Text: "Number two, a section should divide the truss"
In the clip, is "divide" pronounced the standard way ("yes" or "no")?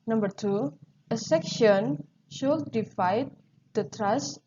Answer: no